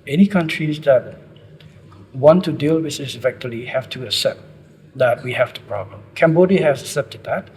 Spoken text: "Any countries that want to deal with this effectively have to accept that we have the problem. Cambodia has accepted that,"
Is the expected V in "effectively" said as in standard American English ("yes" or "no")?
no